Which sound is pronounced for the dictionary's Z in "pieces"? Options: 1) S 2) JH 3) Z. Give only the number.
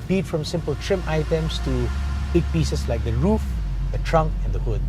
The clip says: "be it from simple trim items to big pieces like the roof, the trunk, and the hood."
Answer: 1